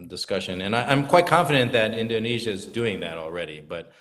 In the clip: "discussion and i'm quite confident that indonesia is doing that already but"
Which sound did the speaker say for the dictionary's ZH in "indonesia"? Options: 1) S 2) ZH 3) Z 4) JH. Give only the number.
2